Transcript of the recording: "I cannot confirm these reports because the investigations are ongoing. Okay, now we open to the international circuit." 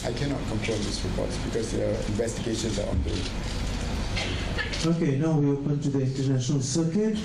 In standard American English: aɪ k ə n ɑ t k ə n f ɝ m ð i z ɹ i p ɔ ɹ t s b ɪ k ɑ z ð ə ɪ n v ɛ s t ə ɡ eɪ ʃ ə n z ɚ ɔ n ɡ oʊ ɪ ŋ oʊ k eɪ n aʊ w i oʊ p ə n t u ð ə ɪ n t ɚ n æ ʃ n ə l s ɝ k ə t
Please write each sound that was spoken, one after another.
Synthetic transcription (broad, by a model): aɪ k ə n ɑ t k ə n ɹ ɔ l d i s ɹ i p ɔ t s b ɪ k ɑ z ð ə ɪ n v ɛ s t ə ɡ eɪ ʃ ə n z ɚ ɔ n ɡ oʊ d oʊ k eɪ n aʊ w i oʊ p ə n t u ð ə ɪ n t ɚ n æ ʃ n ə l s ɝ k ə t